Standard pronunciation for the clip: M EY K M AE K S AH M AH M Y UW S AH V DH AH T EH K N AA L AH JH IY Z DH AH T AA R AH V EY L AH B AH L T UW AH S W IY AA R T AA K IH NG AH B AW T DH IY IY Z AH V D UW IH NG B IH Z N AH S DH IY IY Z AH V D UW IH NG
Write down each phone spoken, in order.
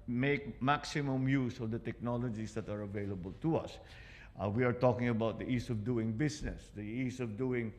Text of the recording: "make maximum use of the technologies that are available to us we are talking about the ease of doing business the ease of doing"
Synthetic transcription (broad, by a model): M EY K M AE K S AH M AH M Y UW S AH V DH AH T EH K N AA L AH JH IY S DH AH T AA R AH V EY L AH B AH L T UW AH S W IY AA R T AA K IH NG AH B AW T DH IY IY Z AH V D UW IH NG B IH S N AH S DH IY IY S AH V D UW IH NG